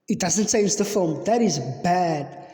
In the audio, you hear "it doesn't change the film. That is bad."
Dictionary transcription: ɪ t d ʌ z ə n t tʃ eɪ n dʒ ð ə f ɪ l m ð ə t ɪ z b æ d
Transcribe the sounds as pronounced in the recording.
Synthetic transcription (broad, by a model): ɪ t d ʌ z ə n t s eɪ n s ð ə f ɪ l m ð ə t ɪ z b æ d